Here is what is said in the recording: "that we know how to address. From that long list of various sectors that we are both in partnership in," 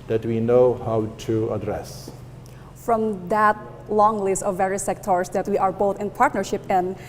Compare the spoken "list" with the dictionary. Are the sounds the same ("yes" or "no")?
yes